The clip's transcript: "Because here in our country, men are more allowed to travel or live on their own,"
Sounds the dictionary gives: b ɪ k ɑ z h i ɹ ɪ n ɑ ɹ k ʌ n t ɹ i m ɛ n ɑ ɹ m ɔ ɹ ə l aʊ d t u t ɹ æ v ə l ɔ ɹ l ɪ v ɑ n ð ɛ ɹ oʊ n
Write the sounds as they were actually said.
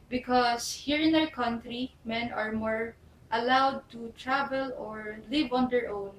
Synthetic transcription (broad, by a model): b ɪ k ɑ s h i ɹ ɪ n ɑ w k ʌ n t ɹ i m ɛ n ɑ ɹ m ɔ ɹ ə l aʊ d t u t ɹ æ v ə l ɔ ɹ l ɪ v ɑ n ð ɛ ɹ oʊ n